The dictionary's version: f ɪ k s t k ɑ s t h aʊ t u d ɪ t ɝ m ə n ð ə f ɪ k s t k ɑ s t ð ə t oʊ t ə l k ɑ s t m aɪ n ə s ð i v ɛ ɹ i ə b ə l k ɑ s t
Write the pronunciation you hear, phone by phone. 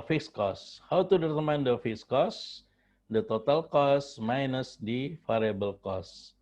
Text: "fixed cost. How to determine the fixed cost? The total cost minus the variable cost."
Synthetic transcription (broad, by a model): f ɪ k s k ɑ s h aʊ t u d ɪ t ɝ m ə n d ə f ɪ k s k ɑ s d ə t oʊ t ə l k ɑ s m aɪ n ə s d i f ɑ ɹ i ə b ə l k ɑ s